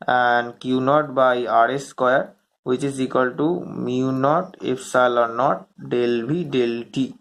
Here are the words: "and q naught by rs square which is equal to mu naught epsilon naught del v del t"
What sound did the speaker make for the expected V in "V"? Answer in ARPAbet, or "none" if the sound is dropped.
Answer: B